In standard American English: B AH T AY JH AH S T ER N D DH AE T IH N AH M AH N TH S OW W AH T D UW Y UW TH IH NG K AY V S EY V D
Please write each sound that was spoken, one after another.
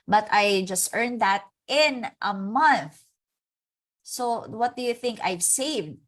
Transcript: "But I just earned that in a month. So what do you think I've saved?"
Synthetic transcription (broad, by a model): B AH T AY JH AH S T ER N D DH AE T IH N AH M AH N TH S OW W AH T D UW Y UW TH IH NG K AY V S EY V D